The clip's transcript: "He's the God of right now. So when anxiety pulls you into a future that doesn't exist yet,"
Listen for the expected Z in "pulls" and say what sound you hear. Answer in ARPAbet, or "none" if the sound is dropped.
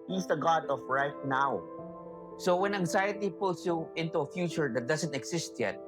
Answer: S